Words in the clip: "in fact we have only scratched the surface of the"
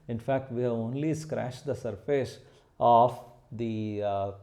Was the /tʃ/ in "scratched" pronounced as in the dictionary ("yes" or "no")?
no